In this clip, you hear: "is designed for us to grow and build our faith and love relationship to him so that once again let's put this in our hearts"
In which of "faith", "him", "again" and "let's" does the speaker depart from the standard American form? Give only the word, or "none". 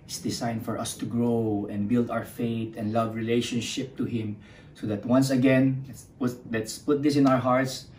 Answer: faith